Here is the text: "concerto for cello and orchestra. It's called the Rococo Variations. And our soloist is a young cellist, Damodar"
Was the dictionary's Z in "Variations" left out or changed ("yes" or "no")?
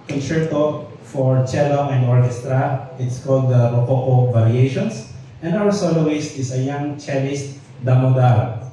yes